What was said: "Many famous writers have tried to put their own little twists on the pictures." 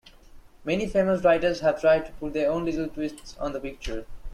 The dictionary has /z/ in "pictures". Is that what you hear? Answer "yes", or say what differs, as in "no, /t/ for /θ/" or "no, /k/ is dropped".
no, /z/ is dropped